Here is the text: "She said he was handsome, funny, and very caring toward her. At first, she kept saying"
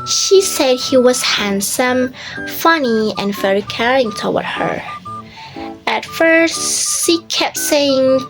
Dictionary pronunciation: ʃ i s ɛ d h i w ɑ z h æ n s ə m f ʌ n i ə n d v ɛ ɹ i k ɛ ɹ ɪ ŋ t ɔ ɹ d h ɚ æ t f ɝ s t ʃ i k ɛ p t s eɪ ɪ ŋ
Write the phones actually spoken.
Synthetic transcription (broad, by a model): ʃ i s ɛ d h i w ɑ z h æ n s ə m f ʌ n i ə n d v ɛ ɹ i k ɛ ɹ ɪ ŋ t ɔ w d h ɚ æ t f ɝ s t ʃ i k ɛ p t s eɪ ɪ ŋ